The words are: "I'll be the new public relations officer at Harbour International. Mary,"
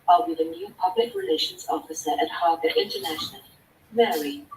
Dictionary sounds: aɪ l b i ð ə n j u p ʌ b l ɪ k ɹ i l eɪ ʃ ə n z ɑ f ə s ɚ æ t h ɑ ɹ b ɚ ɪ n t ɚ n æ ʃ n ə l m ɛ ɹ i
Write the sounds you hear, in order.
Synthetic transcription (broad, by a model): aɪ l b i ð ə n j u p ʌ b l ɪ k ɹ i l eɪ ʃ ə n z ɑ f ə s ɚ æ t h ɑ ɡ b ɪ n t ɚ n æ ʃ n ə l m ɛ ɹ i